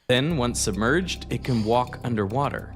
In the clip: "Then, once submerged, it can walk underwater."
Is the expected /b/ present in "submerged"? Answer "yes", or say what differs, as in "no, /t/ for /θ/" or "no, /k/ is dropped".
yes